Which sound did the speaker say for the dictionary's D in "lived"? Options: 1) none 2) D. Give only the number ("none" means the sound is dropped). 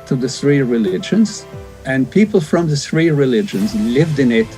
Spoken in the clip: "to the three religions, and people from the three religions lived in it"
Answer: 2